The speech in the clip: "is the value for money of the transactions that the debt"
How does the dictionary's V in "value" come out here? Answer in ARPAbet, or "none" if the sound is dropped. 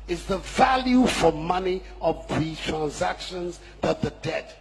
V